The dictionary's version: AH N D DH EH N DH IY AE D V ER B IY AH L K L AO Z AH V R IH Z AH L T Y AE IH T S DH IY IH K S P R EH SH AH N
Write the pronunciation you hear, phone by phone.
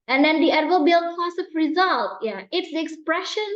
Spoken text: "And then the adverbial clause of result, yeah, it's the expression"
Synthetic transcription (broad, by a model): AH N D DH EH N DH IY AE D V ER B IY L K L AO S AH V R IH Z AH L T Y AE IH T S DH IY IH K S P R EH SH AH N